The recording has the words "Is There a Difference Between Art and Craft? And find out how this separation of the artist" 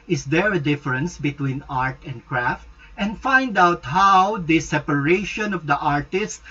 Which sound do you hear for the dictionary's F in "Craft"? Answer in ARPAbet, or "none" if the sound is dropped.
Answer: F